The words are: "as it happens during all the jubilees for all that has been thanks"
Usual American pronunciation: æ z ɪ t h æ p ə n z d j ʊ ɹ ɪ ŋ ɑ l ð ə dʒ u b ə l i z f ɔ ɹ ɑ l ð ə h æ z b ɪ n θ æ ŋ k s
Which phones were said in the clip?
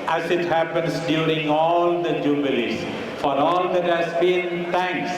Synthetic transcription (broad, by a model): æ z ɪ t h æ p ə n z d j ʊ ɹ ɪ ŋ ɑ l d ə dʒ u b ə l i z f ɔ ɹ ɑ l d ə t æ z b ɪ n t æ ŋ k s